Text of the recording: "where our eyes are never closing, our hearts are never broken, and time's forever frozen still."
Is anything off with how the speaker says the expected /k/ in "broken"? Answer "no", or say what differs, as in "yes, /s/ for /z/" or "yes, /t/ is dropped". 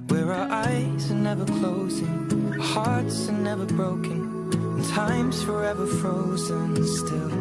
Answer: yes, /k/ is dropped